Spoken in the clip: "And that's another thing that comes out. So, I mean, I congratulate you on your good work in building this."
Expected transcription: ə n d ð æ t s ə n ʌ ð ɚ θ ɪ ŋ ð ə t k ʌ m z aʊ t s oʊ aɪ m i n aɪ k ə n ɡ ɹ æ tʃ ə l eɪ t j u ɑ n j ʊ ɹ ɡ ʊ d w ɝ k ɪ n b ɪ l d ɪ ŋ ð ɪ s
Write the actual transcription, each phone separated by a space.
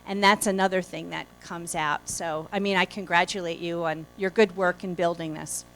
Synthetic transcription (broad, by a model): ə n ð æ t s ə n ʌ ð ɚ θ ɪ ŋ ð ə t k ʌ m z aʊ t s oʊ aɪ m i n aɪ k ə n ɡ ɹ æ tʃ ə l eɪ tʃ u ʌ n j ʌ ɹ ɡ ʊ d w ɝ k ɪ n b ɪ l d ɪ ŋ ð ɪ s